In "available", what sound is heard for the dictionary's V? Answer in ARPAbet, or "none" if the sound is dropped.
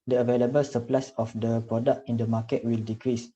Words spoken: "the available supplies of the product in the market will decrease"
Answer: V